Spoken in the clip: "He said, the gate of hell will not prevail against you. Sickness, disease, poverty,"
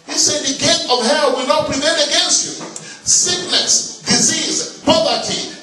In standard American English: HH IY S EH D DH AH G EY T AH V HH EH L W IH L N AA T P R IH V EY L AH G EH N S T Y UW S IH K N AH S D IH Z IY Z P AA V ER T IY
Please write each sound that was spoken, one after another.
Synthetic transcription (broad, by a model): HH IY S EH D DH AH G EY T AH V HH EH L W IH L N AA T P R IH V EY N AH G EH N S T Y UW S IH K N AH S D IH Z IY Z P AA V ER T IY